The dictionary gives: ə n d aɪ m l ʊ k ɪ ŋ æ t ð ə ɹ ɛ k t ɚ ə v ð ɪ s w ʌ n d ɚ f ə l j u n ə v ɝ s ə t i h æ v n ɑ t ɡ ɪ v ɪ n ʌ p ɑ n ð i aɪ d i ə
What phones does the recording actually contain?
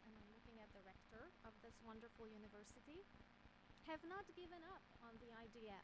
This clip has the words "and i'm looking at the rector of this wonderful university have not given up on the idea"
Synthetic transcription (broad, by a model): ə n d aɪ m l ʊ k ɪ ŋ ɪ t ð ə ɹ ɛ k t ɚ ə v ð ɪ s w ʌ n d ɚ f l j u n ə v ɝ s ə t i h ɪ v n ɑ t ɡ ɪ v ɪ n ʌ p n ð i aɪ d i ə